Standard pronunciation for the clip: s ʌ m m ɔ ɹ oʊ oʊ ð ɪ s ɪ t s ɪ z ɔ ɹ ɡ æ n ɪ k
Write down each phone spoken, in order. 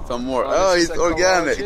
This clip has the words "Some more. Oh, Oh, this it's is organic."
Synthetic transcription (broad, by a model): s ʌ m m ɔ ɹ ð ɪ ɪ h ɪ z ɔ ɹ ɡ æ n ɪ k